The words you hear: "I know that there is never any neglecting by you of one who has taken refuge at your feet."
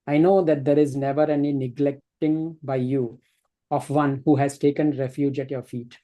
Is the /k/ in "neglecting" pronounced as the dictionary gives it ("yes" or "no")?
yes